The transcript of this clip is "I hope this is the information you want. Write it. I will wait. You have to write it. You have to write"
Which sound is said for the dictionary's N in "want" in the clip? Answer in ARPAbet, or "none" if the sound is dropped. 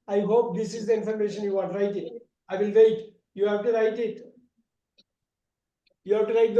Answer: none